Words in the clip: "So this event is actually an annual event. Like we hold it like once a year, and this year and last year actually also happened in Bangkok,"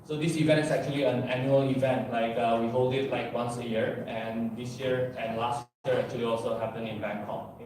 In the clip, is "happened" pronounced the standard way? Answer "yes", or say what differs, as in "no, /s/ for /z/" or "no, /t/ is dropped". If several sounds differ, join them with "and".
no, /d/ is dropped